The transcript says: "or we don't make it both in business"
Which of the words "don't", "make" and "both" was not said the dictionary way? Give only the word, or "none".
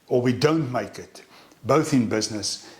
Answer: none